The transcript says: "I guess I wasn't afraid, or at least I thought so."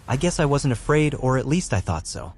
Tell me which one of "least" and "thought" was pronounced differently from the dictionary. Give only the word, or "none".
none